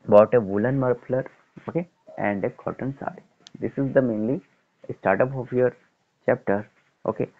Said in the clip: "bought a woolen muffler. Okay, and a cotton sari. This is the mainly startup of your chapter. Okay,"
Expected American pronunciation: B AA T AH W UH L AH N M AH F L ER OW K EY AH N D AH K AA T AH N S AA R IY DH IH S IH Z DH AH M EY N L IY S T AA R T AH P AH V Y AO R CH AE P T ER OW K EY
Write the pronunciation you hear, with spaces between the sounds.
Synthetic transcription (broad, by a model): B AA T AH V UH L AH N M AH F L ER OW K EY AH N D AH K AA T AH N S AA IY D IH S IH Z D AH M EY N L IY S T AA R T AH P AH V Y AO R CH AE P T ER OW K EY